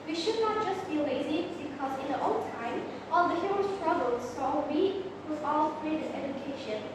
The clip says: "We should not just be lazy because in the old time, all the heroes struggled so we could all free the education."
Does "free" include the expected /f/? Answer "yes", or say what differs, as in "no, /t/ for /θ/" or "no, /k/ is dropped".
no, /p/ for /f/